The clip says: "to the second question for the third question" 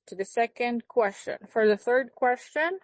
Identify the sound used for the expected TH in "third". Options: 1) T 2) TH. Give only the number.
2